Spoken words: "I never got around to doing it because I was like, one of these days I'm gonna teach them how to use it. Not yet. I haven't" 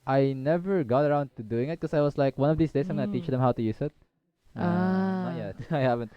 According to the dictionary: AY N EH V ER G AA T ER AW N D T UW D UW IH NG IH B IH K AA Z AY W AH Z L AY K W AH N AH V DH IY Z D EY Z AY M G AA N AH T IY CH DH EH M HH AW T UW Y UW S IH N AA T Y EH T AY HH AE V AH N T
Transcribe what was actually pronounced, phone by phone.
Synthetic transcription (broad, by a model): AY N EH V ER G AA T ER AW N D T UW D UW IH NG IH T K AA S AY W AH S L AY K W AH N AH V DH IY S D EY S AY M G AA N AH T IY CH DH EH M HH AW T UW Y UW S IH T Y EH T AY HH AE V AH N T